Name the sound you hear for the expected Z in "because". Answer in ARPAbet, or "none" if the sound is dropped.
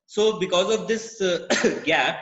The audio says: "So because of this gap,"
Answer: Z